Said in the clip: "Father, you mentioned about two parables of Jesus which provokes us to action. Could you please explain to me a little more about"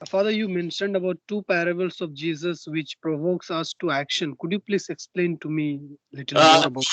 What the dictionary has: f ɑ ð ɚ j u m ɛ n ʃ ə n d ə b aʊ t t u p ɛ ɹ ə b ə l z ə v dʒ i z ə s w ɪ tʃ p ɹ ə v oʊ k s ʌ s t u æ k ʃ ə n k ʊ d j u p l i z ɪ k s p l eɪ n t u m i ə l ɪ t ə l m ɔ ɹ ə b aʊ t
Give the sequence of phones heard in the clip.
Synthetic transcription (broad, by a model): f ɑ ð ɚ j u m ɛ n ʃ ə n d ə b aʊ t t u p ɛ ɹ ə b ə l s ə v dʒ i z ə s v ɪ tʃ p ɹ ə v oʊ k s ʌ s t u æ k ʃ ə n k ʊ d j u p l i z ɪ k s p l eɪ n t u m i l ɪ t ə l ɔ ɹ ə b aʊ